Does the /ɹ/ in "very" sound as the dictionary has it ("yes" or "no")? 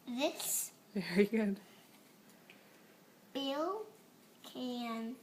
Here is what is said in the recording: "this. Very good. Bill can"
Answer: no